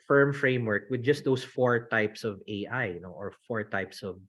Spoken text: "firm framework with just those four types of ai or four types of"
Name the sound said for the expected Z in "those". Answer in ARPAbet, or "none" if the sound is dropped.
S